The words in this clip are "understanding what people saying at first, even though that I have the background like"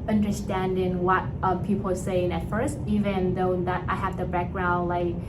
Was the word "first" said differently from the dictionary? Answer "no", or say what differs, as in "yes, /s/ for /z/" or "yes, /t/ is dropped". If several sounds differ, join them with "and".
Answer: no